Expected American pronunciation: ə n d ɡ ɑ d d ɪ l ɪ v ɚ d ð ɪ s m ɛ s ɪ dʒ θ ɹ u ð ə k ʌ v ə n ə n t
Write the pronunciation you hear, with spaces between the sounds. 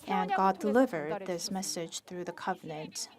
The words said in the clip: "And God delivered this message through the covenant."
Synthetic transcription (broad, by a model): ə n ɡ ɑ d d ɪ l ɪ v ɚ d ð ɪ s m ɛ s ɪ dʒ θ ɹ u ð ə k ʌ v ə n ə n t